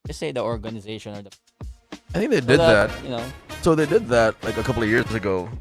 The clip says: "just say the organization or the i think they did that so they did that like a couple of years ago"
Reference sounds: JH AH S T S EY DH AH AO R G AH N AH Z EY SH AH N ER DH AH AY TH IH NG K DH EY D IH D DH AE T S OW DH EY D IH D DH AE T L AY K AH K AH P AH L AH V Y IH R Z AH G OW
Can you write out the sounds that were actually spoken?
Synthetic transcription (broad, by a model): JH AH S S EY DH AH AO R G AH N AH Z EY SH AH N ER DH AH AY TH IH NG K DH EY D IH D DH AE T S OW DH EY D IH D DH AE T L AY K AH K AH P L AH V Y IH R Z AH G OW